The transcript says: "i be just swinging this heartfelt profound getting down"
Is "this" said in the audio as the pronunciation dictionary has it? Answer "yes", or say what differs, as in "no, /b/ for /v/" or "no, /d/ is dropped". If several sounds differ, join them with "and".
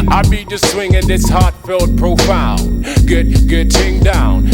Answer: yes